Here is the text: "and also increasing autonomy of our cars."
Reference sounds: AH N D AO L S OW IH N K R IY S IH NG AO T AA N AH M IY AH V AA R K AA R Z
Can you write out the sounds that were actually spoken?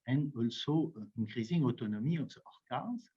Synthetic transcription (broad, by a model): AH N AO L S OW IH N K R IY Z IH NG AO T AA N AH M IY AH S AA R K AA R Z